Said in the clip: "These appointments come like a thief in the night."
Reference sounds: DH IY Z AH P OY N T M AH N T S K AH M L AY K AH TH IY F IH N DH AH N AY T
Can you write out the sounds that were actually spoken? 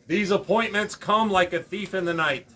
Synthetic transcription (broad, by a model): DH IY Z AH P OY N M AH N T S K AH M L AY K AH TH IY F IH N DH AH N AY T